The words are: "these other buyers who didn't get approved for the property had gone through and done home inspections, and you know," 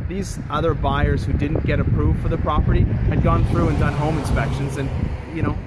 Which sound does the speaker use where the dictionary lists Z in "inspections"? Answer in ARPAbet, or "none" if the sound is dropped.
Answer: Z